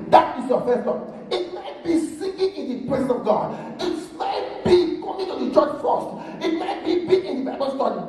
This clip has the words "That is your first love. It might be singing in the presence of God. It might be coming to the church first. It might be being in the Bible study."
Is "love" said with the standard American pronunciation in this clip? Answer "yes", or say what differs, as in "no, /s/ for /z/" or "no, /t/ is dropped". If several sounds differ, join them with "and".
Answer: no, /v/ is dropped